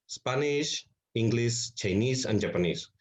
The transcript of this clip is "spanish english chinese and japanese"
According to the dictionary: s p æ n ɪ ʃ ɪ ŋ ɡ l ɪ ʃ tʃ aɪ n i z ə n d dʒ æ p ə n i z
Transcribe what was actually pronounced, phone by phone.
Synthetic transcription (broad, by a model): s p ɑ n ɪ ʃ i ŋ ɡ l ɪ s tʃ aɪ n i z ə n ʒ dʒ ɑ p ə n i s